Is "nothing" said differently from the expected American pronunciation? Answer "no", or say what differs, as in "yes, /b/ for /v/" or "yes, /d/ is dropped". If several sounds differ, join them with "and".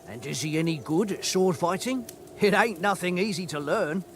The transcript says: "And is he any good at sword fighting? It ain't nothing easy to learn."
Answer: no